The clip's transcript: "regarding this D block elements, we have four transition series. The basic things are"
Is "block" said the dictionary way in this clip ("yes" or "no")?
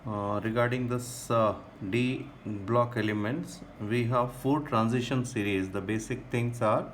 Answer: yes